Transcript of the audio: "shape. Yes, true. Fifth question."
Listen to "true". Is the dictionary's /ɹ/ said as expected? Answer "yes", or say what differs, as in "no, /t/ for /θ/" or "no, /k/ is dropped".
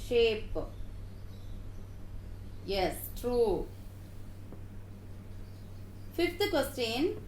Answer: yes